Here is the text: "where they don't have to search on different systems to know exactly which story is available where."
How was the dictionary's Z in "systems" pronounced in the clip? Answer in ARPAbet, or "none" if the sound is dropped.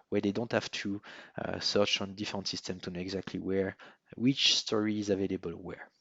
none